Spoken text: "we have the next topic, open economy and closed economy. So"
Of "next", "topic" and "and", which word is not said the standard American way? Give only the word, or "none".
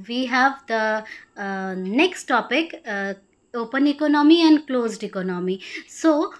none